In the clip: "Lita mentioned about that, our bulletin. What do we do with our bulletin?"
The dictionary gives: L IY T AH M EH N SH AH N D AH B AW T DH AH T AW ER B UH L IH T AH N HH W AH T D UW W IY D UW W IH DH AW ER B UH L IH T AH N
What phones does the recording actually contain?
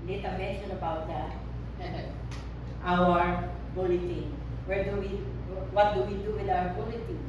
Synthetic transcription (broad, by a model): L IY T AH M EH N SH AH N AH B AW T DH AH T AW ER B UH L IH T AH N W W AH T D UW W IY D UW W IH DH AW ER B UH L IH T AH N